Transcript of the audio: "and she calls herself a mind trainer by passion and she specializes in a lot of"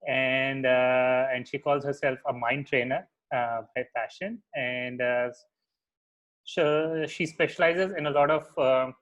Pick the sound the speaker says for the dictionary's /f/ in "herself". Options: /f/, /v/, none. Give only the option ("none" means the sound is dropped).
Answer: /f/